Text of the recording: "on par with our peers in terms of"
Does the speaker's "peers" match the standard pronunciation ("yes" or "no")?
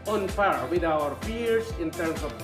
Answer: no